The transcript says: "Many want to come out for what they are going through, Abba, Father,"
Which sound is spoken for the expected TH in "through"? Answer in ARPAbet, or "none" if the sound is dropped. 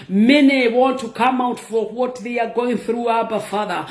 TH